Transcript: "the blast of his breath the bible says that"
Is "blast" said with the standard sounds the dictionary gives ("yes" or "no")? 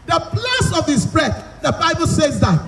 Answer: no